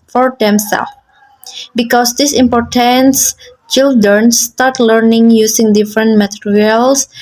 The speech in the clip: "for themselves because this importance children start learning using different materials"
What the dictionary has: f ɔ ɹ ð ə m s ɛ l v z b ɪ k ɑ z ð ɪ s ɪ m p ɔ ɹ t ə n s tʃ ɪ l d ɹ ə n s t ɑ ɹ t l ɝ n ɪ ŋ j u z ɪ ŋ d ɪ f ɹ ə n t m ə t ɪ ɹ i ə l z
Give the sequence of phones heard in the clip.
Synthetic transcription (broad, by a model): f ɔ ɹ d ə m s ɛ l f b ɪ k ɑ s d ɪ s ɪ m p ɔ ɹ t ə n s tʃ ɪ l d ɹ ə n s t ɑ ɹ t l ɝ n ɪ ŋ j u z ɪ ŋ d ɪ f ɹ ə n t m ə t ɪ ɹ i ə l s